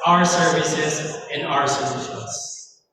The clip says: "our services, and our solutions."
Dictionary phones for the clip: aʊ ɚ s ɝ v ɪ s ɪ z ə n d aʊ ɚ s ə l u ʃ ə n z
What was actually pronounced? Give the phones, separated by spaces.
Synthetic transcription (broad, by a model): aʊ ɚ s ɝ v ɪ s ɪ z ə n aʊ ɚ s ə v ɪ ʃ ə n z